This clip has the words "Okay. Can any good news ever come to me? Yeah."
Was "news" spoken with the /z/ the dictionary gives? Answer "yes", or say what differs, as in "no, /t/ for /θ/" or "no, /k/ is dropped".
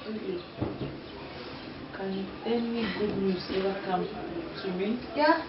no, /s/ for /z/